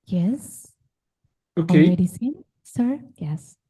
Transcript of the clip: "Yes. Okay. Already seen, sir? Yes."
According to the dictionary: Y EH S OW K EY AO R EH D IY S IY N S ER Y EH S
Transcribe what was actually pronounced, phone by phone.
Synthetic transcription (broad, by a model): Y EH S OW K EY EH EH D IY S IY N S ER Y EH S